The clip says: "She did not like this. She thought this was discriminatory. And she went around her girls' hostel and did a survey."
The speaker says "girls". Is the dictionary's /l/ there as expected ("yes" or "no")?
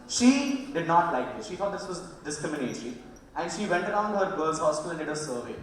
no